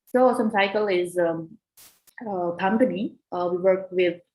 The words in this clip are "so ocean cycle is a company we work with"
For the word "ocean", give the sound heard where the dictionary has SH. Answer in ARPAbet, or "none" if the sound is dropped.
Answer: S